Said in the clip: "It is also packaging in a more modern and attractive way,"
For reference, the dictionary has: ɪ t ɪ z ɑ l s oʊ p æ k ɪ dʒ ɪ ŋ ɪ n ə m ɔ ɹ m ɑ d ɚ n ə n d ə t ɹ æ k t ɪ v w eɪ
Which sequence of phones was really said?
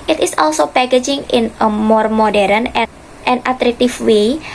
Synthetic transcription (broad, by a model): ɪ t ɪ s ɑ l s oʊ p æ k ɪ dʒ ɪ ŋ ɪ n ə m ɔ ɹ m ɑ d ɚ n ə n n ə t ɹ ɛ k t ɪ f w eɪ